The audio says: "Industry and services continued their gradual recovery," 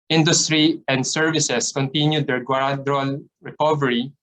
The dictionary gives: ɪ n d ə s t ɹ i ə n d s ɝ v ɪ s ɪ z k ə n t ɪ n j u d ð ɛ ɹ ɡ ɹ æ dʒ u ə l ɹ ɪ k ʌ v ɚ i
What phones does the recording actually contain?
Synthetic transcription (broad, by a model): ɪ n d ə s t ɹ i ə n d s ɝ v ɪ s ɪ s k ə n t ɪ n j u d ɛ ɹ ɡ w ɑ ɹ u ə l ɹ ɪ k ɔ v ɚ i